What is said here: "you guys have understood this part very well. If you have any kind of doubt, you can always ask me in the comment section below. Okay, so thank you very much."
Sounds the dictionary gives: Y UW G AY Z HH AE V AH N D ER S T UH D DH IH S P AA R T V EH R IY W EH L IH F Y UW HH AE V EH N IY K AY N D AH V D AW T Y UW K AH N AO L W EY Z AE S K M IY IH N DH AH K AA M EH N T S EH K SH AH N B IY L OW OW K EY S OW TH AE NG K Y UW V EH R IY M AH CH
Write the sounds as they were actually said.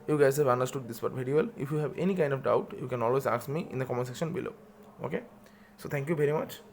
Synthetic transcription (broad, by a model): Y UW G AY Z HH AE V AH N D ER S T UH D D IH S B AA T V EH R IY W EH L IH F Y UW HH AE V EH N IY K AY N D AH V D AW T Y UW K AH N AO L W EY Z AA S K M IY IH N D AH K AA M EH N S EH K SH AH N B IY L OW OW K EY S OW T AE NG K Y UW V EH R IY M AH CH